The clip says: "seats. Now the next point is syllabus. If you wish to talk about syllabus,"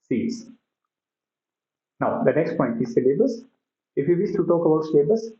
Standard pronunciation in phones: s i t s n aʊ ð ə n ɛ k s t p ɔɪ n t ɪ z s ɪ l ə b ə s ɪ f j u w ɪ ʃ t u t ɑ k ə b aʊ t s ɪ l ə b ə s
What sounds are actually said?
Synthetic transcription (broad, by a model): s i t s n aʊ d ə n ɛ k s t p ɔɪ n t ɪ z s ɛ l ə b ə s ɪ f j u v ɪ s t u t ɑ k ə b aʊ t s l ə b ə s